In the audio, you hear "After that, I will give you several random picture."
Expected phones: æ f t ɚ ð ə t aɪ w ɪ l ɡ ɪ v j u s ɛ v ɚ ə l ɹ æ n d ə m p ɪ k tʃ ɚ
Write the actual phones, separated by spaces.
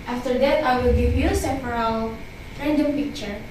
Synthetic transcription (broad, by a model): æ f t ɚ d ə t aɪ w ɪ l ɡ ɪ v j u s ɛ p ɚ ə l ɹ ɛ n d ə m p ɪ k tʃ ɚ